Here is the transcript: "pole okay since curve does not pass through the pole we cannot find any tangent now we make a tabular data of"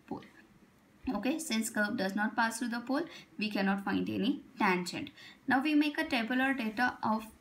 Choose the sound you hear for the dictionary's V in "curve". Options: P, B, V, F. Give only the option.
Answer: B